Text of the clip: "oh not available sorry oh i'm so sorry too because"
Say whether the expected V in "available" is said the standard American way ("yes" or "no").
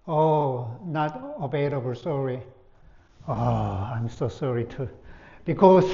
no